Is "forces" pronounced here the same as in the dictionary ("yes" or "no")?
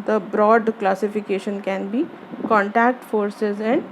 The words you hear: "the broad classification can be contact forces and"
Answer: yes